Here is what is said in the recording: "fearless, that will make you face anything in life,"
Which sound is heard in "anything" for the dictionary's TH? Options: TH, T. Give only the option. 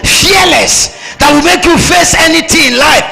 T